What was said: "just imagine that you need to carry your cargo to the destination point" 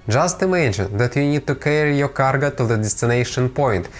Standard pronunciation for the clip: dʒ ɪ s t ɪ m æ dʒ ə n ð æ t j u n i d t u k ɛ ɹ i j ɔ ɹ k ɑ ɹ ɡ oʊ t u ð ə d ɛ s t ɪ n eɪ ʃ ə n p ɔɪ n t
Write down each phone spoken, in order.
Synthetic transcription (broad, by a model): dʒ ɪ s t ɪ m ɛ ʃ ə n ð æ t j u n i d t u k ɛ ɹ i j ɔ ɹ k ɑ ɹ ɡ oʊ t u ð ə d ɛ s t ɪ n eɪ ʃ ə n p ɔɪ n t